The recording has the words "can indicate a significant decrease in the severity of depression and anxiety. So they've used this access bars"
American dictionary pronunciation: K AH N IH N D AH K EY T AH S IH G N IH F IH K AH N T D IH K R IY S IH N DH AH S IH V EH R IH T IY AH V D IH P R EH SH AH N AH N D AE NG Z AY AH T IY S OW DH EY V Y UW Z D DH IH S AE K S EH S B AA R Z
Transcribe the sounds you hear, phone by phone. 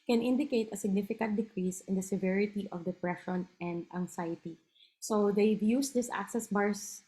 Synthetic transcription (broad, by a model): K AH N IH N D AH K EY T AH S IH G N IH F IH K AH N T D IH K R IY S IH N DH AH S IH V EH R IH T IY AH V D IH P R EH SH AH N AH N D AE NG S AY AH T IY S OW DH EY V Y UW S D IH S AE K S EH S B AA R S